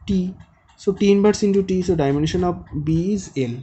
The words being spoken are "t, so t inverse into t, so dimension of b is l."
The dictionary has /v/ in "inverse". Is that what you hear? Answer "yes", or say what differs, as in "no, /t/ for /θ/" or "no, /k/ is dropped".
no, /b/ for /v/